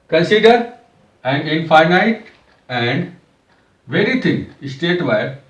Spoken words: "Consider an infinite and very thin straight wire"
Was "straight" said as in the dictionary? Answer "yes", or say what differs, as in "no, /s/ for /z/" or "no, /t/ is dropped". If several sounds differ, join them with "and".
no, /ɹ/ is dropped